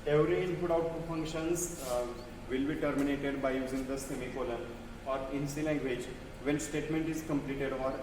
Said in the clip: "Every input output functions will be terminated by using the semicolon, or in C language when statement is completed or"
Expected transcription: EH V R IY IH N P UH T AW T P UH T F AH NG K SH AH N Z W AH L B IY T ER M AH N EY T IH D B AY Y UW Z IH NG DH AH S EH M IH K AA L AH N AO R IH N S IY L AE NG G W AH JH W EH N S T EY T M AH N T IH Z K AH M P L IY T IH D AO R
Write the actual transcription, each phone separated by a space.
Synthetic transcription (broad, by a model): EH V R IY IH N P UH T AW T UW F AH NG K SH AH N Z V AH L B IY T ER M AH N EY T IH D B AY Y UW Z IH NG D AH S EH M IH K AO L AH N AO R IH N S IY L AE NG G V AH JH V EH N S T EY T M AH N T IH Z K AH M P L IY T IH D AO R